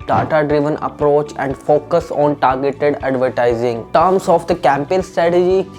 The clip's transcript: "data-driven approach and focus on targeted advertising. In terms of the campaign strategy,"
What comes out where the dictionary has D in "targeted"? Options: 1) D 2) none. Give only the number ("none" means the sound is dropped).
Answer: 1